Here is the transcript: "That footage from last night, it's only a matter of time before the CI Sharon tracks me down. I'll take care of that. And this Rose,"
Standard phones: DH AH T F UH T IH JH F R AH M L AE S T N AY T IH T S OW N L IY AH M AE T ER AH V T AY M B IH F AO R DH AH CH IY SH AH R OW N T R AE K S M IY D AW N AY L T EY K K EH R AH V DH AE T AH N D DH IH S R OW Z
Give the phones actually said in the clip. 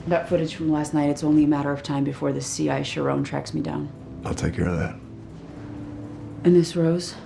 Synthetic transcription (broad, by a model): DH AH T F UH T IH JH F R AH M L AE S T N AY T IH T S OW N L IY AH M AE T ER AH V T AY M B IH F AO R DH AH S IY SH AH R OW N T R AE K S M IY D AW N AY L T EY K K EH R AH V DH AE T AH N DH IH S R OW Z